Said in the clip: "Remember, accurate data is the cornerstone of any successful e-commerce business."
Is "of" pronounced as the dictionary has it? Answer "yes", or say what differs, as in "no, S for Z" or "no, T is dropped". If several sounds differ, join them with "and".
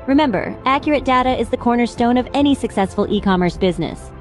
yes